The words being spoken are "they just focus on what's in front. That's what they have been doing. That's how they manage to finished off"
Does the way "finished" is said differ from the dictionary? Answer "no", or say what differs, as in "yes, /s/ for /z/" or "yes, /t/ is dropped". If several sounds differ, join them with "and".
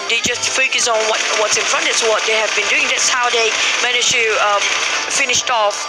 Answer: no